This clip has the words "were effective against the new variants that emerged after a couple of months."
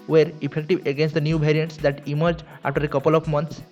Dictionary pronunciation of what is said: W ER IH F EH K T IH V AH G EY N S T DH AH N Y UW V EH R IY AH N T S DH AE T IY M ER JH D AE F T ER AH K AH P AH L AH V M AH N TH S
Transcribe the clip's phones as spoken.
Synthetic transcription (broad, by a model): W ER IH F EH K T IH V AH G EY N S T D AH N Y UW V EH R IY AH N T S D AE T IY M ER JH AA F T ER AH K AH P AH L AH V M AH N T S